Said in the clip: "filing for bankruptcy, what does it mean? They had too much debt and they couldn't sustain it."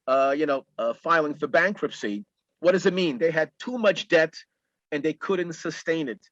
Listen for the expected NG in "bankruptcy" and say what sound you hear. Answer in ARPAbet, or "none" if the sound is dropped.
NG